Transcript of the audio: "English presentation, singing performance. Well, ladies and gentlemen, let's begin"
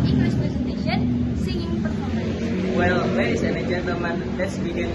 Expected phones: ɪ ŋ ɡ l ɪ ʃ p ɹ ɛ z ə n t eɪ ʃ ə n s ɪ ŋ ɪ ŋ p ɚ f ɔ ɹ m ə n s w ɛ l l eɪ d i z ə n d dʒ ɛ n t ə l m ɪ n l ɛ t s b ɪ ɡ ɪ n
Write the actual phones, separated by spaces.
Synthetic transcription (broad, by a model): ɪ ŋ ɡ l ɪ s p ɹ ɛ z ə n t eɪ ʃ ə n s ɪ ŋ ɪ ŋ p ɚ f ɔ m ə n w ɛ l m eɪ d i s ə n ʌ dʒ ɛ n t ə l m ɪ n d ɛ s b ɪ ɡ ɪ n